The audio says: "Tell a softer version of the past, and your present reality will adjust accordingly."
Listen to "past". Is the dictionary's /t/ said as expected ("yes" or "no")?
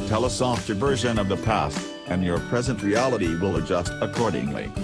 yes